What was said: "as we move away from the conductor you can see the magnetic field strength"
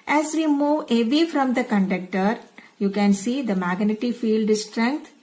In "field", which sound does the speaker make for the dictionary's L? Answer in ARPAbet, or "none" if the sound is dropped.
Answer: L